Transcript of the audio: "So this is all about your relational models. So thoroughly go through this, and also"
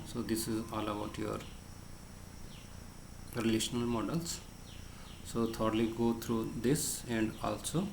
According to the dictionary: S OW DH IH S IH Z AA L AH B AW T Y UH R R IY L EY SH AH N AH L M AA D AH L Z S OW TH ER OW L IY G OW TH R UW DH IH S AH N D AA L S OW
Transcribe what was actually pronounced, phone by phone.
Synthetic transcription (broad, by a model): S OW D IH S IH Z AA L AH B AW T Y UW R R IY L EY SH AH N AH L M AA D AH L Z S OW T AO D L IY G OW T R UW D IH S AH N D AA L S OW